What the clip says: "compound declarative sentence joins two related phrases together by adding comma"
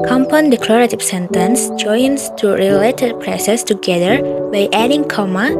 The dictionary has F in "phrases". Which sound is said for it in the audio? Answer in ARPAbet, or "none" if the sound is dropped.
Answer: P